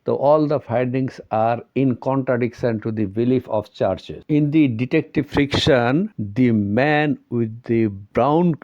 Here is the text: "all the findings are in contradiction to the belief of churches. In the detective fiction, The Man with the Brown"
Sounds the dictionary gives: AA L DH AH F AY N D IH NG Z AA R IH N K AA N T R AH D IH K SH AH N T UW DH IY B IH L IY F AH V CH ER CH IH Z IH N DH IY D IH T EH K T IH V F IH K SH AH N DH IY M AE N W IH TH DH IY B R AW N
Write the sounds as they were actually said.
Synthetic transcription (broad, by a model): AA L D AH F AY D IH NG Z AA R IH N K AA N T R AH D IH K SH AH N T UW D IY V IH L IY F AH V CH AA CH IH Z IH N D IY D IH T EH K T IH V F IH K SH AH N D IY M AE N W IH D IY B R AW N